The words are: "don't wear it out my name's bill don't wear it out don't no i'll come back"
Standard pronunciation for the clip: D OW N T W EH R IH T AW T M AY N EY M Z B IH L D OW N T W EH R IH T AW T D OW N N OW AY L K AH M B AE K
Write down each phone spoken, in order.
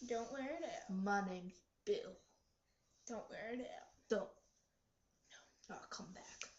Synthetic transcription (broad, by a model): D OW N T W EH R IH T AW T M AY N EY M B IH L D OW N T W EH R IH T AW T D OW N N OW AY K AH M B AE K